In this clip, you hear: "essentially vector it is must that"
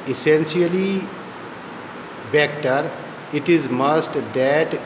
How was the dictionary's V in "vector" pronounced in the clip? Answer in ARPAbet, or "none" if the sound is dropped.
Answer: B